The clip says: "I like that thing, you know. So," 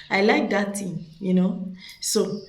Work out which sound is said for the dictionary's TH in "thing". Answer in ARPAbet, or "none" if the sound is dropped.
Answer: T